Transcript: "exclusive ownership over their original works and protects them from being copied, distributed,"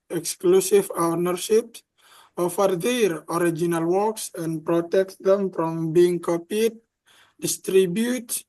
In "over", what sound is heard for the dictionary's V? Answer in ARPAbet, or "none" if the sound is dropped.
F